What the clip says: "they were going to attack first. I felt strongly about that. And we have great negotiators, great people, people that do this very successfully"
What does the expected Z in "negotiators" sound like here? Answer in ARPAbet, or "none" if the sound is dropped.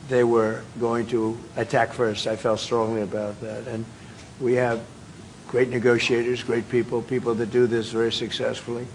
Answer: Z